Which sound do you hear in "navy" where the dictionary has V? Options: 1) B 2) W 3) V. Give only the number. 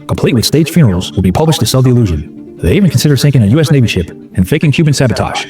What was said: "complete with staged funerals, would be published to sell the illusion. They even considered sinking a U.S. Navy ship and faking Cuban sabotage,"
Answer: 1